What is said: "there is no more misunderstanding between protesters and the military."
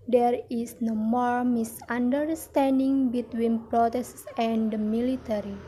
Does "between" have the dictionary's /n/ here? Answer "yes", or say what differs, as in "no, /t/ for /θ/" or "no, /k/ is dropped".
yes